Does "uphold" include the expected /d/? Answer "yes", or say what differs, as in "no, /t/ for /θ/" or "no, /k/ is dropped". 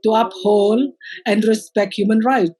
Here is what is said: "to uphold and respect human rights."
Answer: no, /d/ is dropped